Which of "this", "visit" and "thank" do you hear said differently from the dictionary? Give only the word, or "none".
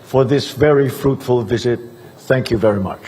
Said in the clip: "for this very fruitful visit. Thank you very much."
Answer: none